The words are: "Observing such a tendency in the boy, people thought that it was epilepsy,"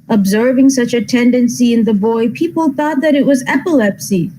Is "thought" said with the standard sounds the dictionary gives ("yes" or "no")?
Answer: yes